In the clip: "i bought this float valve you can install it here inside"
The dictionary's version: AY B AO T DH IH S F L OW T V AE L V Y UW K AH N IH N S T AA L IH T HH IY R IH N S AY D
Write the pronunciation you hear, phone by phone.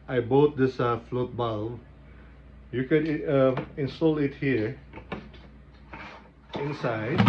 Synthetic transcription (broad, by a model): AY B AO T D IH S F L OW T B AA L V Y UW K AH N IH N S T AA L IH T HH IY R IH N S AY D